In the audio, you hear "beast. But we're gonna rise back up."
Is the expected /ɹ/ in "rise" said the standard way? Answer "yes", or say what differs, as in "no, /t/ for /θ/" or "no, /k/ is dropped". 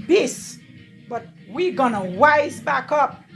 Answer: no, /w/ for /ɹ/